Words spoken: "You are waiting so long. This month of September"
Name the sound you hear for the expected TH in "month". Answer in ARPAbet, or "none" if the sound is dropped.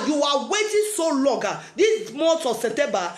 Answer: S